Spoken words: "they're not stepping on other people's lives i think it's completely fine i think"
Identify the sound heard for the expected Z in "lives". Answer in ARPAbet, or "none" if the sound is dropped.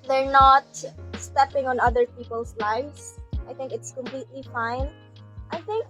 S